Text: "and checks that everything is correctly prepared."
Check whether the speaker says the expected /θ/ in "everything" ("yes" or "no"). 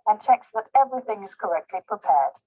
yes